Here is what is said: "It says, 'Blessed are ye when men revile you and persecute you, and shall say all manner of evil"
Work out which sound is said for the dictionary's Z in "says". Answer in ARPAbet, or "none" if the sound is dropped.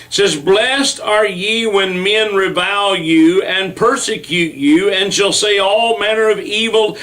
Z